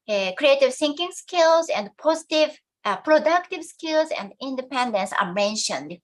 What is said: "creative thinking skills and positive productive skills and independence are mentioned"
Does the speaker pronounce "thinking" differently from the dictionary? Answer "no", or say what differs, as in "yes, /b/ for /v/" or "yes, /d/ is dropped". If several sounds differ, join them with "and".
yes, /s/ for /θ/